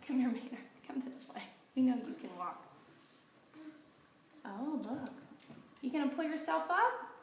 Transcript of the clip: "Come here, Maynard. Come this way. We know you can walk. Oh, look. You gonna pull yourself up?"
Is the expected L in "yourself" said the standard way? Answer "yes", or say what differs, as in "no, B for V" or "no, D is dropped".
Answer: yes